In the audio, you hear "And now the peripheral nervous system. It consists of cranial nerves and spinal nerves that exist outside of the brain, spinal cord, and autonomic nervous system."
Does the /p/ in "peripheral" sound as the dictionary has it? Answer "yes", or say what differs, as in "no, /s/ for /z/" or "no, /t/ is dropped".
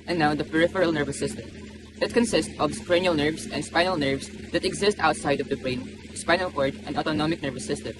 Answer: yes